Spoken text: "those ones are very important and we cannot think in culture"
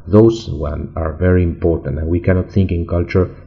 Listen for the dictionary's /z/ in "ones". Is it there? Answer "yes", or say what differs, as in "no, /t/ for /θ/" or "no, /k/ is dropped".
no, /z/ is dropped